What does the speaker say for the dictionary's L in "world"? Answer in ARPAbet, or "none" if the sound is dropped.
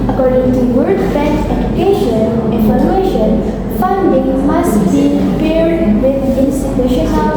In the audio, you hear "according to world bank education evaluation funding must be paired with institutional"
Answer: none